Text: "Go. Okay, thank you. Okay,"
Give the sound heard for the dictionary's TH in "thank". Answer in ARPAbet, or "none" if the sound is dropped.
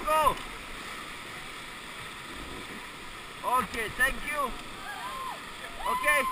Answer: T